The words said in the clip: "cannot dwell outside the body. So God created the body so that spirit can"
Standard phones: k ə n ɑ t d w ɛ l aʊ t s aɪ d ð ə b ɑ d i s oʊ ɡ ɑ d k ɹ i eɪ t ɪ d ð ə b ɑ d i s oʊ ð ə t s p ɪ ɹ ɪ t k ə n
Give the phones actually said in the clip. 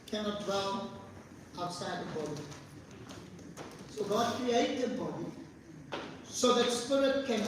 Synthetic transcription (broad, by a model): k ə n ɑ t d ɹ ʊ n aʊ t s aɪ d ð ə b ɑ d i s oʊ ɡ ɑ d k ɹ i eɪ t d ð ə b ɑ d i s oʊ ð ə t s p ɪ ɹ ɪ t k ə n